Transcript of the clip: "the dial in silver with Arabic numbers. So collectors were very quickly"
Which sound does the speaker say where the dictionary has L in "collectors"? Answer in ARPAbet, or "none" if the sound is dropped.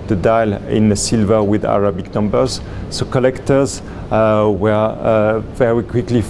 L